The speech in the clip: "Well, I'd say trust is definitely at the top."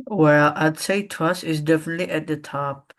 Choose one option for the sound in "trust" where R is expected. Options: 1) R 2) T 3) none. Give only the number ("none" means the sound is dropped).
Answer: 3